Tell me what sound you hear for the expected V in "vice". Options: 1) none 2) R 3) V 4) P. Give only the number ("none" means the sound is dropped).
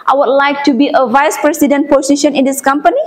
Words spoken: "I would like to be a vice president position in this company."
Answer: 3